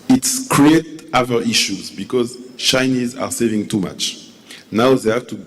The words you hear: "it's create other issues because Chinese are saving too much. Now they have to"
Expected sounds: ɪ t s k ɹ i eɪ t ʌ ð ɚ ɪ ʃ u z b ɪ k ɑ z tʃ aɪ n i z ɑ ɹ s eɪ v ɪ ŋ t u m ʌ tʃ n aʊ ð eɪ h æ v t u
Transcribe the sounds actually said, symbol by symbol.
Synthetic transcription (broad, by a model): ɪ t s k ɹ i eɪ t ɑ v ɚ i ʃ u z b ɪ k ɑ z tʃ aɪ n i z ɑ ɹ s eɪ v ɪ ŋ t u m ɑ tʃ n aʊ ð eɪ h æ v t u